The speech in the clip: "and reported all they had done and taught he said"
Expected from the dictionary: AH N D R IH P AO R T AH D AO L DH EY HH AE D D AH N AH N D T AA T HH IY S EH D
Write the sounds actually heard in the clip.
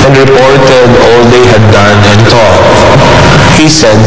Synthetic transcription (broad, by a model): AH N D R IH P AO R T AH D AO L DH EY HH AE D D AH N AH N T AA T HH IY S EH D